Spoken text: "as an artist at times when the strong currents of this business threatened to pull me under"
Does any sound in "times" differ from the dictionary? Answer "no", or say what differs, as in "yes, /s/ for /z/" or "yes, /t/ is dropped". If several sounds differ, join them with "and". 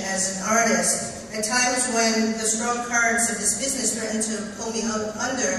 no